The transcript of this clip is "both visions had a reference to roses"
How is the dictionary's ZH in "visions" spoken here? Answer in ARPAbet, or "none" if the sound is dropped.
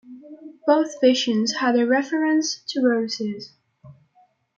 SH